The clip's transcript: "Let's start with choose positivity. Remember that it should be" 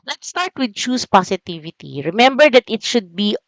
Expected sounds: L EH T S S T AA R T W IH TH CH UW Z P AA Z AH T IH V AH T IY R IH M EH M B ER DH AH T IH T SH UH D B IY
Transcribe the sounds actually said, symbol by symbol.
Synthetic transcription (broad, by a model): L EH T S S T AA R T W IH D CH UW S P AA S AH T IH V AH T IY R IH M EH M B ER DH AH T IH T SH UH D B IY